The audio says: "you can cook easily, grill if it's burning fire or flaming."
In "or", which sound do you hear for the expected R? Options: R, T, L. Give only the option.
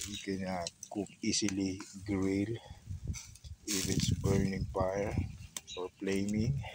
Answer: R